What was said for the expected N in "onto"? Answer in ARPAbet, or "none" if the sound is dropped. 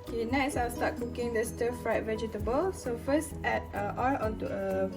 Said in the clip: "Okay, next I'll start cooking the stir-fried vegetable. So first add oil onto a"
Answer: none